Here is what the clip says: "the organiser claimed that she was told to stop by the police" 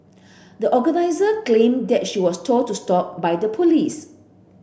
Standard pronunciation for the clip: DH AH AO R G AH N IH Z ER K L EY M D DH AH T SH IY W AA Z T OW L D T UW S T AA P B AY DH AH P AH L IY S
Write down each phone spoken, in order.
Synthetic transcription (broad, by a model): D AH AO G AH N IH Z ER K L EY M D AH T SH IY W AA S T OW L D T UW S T AA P B AY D AH P AH L IY S